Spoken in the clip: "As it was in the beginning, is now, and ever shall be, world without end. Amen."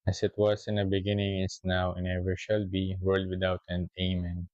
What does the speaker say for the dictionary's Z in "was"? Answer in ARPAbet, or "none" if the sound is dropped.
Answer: S